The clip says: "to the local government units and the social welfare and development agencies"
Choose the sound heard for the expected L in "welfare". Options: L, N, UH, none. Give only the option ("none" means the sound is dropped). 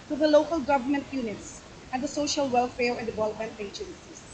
L